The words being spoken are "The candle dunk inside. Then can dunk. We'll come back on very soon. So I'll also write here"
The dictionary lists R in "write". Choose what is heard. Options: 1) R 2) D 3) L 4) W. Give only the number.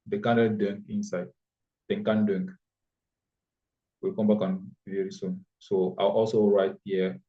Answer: 1